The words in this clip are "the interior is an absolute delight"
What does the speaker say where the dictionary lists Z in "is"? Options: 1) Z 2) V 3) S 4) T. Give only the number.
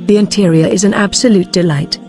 1